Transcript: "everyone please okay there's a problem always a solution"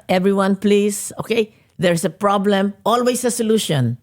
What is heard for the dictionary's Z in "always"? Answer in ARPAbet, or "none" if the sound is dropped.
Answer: S